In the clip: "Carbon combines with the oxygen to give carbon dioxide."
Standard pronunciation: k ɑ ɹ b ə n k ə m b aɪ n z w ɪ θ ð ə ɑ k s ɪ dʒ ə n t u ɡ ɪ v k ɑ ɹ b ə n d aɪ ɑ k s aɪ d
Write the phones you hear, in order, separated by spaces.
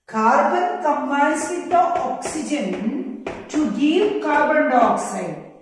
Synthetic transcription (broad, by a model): k ɑ ɹ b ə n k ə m aɪ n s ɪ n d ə ɑ k s ɪ dʒ ə n t u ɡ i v k ɑ ɹ b ə n d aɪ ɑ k s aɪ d